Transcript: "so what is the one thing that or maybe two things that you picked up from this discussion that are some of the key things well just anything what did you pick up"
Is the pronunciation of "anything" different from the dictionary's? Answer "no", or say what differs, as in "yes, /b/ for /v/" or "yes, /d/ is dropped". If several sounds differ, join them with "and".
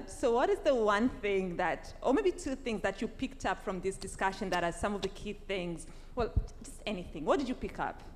no